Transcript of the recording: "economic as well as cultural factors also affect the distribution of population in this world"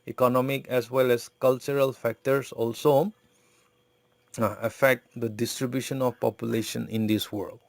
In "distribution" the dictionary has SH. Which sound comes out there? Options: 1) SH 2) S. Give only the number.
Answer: 1